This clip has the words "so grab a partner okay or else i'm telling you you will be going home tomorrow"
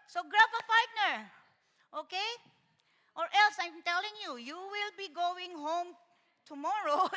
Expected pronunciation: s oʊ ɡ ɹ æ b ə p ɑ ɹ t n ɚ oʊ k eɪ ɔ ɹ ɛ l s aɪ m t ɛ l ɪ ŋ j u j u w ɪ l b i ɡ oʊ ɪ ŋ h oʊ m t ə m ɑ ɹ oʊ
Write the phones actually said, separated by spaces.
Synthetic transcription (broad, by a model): s oʊ ɡ ɹ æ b ə f ɑ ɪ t n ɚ oʊ k eɪ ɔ ɹ ɛ l s aɪ m t ɛ l ɪ ŋ j u j u w ɪ l b i ɡ oʊ ɪ ŋ h oʊ m t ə m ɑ ɹ oʊ